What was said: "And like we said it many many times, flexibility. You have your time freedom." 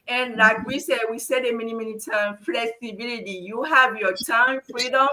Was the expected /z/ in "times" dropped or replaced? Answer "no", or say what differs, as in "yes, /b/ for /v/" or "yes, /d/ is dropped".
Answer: yes, /z/ is dropped